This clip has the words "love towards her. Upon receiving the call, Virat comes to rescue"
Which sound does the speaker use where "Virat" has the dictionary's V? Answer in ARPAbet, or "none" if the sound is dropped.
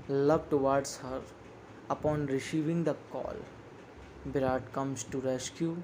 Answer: B